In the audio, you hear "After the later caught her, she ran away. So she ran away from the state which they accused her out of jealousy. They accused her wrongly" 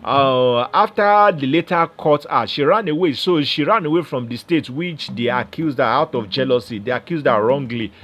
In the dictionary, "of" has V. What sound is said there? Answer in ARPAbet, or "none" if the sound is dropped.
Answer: F